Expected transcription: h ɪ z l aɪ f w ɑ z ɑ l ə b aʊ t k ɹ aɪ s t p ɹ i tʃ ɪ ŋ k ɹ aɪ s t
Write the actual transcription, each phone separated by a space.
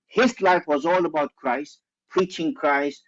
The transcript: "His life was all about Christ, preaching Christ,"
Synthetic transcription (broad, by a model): h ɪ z l aɪ f w ɑ z ɑ l ə b aʊ t k ɹ aɪ s t p ɹ i tʃ ɪ ŋ k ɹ aɪ s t